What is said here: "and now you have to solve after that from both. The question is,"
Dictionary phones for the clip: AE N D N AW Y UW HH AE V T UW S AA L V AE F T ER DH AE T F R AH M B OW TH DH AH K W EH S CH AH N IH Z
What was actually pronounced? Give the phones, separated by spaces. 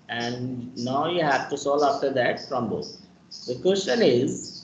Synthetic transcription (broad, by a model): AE N D N AW Y UW HH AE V T UW S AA L AE F T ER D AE T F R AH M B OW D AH K W EH S CH AH N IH Z